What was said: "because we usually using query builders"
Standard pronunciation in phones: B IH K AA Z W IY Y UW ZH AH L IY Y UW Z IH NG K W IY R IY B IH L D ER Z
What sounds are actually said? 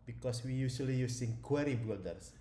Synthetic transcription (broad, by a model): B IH K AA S W IY Y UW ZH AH L IY Y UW S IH NG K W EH R IY B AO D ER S